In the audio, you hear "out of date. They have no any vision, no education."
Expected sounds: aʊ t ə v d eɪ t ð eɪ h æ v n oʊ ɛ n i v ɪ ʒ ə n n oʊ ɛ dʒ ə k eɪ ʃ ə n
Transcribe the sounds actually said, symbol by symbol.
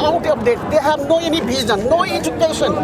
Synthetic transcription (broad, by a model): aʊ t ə p d eɪ t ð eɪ h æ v n oʊ ɛ n i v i z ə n n oʊ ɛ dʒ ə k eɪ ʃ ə n